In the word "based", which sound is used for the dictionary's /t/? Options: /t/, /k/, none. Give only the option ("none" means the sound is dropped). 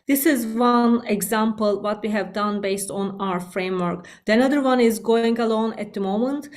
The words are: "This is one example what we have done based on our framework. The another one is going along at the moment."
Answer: /t/